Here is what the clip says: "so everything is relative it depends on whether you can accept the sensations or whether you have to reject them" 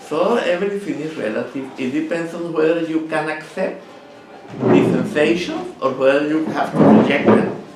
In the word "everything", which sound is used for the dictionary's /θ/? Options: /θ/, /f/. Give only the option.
/f/